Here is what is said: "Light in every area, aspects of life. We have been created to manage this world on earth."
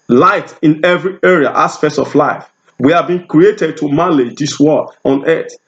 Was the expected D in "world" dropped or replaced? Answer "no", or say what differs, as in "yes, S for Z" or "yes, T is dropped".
yes, D is dropped